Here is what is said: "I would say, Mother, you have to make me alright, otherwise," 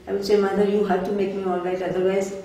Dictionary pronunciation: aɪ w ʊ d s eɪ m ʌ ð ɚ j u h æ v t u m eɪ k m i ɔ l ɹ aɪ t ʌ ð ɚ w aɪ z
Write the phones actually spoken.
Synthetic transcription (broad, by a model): aɪ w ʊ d s eɪ m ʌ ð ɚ j u h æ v t u m eɪ k m i ɔ l ɹ aɪ t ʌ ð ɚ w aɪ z